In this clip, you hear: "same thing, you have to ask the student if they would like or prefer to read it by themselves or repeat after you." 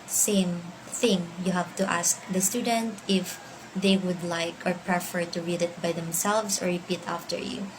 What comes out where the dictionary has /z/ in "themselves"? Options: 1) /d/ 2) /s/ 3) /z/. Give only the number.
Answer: 2